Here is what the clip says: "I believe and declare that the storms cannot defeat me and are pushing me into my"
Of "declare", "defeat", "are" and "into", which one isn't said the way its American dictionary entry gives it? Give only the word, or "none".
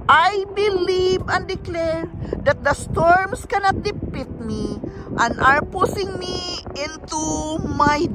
defeat